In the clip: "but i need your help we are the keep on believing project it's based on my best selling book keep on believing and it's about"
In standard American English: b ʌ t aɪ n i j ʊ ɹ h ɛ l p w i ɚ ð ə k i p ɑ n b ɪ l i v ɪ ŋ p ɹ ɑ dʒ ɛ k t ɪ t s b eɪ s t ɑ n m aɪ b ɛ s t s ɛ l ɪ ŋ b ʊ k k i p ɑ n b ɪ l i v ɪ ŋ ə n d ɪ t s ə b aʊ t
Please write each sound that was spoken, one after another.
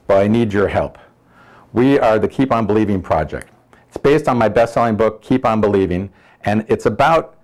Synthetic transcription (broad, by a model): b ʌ t aɪ n i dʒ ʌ ɹ h ɛ l p w i ɚ ð ə k i p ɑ n b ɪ l i v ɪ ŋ p ɹ ɑ dʒ ɛ k t ɪ t s b eɪ s t n m aɪ b ɛ s t s ɛ l ɪ ŋ b ʊ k k i p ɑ n b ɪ l i v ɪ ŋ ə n ɪ t s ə b aʊ t